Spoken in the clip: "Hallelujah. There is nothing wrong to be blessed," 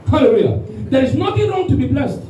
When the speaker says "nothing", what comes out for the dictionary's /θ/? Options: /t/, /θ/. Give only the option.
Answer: /t/